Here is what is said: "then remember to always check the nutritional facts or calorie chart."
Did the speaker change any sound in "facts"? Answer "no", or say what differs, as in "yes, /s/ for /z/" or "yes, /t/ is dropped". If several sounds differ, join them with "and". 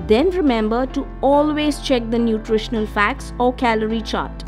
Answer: no